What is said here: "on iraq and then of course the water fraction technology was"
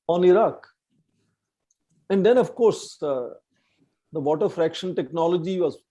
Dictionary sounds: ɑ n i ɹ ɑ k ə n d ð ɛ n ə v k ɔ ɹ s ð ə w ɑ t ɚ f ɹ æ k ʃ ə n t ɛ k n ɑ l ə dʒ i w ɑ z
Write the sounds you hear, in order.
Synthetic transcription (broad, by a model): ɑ n i ɹ ɑ k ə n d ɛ n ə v k ɔ ɹ s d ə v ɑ t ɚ f ɹ æ k ʃ ə n t ɛ k n ɑ l ə dʒ i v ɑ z